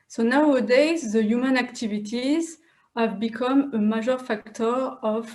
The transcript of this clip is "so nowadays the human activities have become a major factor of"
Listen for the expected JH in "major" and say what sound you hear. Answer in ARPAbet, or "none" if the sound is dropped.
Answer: ZH